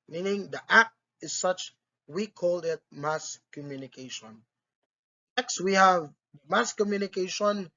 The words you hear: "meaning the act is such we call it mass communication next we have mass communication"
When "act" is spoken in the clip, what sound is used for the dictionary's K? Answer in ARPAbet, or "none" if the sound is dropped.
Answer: K